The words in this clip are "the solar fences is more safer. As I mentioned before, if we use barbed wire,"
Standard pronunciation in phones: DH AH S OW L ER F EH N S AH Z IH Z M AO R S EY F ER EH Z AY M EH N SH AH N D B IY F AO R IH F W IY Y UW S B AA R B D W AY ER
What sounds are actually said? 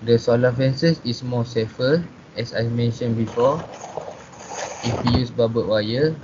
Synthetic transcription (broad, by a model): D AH S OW L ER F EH N S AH S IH S M AO S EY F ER EH S AY M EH N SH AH N B IY F AO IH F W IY Y UW S B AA B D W AY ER